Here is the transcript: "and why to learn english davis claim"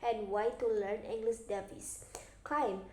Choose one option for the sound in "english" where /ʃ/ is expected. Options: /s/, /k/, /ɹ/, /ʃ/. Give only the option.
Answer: /s/